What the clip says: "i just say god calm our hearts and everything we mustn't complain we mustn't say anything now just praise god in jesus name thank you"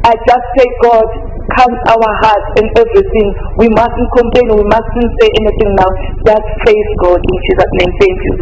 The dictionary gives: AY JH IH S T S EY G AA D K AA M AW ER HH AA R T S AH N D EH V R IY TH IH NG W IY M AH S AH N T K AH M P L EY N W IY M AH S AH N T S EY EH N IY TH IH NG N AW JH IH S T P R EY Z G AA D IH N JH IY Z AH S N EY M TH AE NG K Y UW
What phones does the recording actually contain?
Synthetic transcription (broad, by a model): AY JH IH S T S EY G AA D K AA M AW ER HH AA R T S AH N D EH V R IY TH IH NG W IY M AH S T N K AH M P L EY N W IY M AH S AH N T S EY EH N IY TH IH NG N AW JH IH S T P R EY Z G AA D IH N CH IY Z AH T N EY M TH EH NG K Y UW